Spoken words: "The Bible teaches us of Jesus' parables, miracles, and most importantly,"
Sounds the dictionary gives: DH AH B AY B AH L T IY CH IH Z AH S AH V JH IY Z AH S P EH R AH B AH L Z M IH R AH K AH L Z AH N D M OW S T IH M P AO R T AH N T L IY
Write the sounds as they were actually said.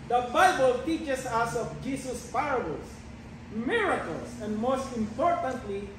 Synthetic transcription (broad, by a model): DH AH B AY B AH L T IY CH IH S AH S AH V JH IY S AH S P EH R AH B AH L S M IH R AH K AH L S AH N D M OW S T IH M P AO R T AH N T L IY